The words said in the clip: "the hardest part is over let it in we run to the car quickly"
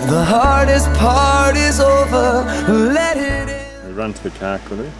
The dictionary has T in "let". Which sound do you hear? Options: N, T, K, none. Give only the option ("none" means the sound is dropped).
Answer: T